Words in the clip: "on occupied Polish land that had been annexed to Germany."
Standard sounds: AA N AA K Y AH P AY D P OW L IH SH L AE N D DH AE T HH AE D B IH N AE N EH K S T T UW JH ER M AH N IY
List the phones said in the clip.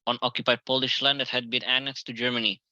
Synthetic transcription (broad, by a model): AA N AA K Y AH P AY D P OW L IH SH L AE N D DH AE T HH AE D B IH N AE N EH K S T T UW JH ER M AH N IY